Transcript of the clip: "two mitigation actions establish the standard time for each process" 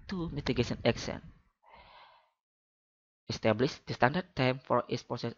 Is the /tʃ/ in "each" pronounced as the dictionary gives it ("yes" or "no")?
no